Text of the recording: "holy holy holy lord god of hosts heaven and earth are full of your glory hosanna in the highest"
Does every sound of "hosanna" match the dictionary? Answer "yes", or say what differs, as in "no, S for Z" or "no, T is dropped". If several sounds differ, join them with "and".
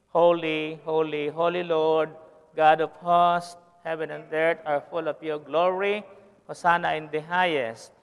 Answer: no, S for Z